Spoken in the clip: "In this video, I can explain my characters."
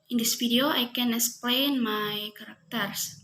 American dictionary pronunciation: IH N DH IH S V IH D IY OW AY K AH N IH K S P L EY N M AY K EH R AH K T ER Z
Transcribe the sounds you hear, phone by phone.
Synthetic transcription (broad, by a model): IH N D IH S F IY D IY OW AY K AH N IH K S P L EY N M AY K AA R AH K T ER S